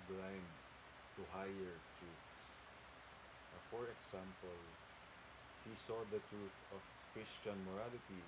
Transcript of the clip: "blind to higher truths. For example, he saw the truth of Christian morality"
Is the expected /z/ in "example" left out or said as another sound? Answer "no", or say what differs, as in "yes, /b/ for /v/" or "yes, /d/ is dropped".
yes, /s/ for /z/